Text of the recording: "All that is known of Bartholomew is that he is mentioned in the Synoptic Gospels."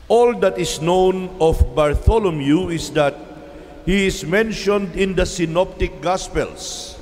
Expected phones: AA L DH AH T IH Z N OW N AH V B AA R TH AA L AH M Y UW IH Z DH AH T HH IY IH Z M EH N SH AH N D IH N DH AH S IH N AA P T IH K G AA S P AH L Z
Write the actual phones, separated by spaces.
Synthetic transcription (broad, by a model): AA L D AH T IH S N OW N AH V B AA R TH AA L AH M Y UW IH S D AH T HH IY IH S M EH N SH AH N D IH N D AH S IH N AA P T IH K G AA S P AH L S